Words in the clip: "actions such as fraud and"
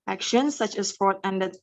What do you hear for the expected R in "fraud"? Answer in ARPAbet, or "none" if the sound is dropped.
none